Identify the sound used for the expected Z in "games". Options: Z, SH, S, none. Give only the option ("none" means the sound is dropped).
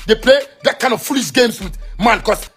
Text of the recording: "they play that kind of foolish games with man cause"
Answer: S